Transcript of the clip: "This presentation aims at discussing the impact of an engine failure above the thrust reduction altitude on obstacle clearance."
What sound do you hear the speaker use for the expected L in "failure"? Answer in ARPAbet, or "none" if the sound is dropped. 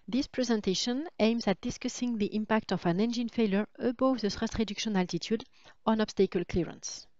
L